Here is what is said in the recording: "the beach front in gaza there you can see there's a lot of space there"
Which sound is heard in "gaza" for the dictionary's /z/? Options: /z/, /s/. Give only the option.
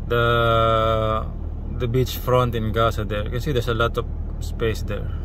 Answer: /s/